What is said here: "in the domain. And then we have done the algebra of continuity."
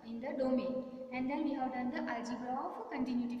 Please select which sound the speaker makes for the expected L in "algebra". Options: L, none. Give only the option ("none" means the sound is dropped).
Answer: none